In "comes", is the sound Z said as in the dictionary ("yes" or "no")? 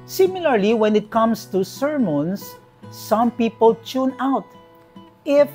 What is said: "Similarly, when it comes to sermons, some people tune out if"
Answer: no